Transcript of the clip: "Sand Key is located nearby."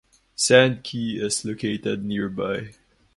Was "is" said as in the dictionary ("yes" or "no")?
no